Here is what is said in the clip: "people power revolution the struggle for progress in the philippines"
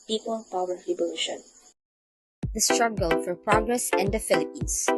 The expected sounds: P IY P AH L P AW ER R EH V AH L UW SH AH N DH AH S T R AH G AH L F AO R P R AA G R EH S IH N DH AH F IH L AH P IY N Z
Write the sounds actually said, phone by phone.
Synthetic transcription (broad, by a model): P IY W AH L P AW ER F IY B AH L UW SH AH N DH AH S T R AH G AH L F AO R P R AA G R EH S IH N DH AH F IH L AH P IY N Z